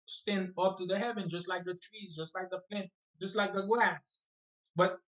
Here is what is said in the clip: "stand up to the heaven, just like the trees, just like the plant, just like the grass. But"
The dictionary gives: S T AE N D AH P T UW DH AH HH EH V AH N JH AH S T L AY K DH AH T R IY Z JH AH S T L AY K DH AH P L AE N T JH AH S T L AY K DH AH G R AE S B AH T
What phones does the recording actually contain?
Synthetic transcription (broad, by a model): S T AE N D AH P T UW DH AH HH EH V AH N JH AH S T L AY K DH AH T R IY Z JH AH S T L AY K DH AH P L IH N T JH AH S T L AY K DH AH G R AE S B AH T